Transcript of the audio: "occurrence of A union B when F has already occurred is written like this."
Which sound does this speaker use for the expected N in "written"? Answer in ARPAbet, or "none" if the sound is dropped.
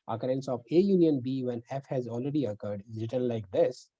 L